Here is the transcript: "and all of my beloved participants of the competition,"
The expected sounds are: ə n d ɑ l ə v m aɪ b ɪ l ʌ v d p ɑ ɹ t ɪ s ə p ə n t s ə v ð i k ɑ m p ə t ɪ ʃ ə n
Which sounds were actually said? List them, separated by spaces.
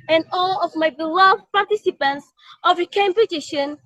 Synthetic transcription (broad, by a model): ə n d ɑ l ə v m aɪ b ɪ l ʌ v p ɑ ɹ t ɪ s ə p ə n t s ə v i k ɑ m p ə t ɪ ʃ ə n